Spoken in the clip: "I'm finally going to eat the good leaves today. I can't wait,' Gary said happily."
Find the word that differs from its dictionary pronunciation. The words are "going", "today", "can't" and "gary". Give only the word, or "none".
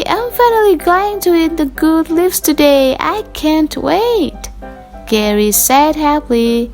none